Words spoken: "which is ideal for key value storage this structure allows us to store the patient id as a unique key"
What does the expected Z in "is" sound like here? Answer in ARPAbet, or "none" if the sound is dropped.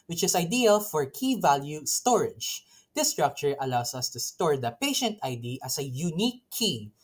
S